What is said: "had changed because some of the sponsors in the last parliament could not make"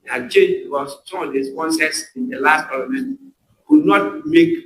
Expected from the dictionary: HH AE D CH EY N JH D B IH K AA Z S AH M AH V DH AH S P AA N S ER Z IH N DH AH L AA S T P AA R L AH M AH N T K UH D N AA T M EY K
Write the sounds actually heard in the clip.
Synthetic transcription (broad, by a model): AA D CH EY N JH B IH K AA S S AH M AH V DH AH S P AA N S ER S IH N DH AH L AA S T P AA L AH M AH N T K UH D N AA T M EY K